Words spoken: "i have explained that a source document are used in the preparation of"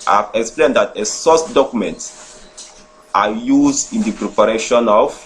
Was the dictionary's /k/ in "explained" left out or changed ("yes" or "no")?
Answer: no